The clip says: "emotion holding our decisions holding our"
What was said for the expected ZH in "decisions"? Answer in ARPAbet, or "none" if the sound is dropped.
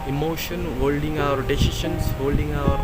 SH